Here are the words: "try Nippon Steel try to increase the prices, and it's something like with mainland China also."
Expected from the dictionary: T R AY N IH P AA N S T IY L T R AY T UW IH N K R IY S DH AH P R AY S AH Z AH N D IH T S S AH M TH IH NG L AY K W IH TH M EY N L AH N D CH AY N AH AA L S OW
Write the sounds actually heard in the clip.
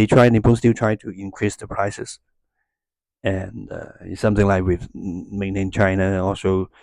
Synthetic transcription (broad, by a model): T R AY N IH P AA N S T IY L T R AY T UW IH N K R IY S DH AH P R AY S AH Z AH N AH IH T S S AH M TH IH NG L AY K W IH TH M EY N AH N CH AY N AH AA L S OW